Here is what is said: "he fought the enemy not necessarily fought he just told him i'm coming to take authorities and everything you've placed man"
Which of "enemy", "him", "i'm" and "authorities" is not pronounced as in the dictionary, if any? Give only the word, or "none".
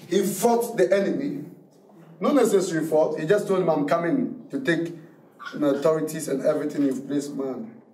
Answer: authorities